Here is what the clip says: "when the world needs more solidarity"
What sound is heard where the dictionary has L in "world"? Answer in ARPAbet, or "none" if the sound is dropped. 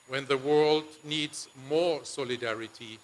L